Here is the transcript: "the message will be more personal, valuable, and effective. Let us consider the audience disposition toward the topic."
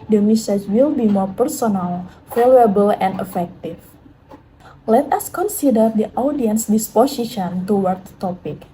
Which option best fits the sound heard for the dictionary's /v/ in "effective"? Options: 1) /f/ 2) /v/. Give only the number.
1